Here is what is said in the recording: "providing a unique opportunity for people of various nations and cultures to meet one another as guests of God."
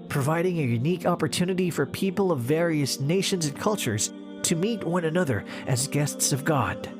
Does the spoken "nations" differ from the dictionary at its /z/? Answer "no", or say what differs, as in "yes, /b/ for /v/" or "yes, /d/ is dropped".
no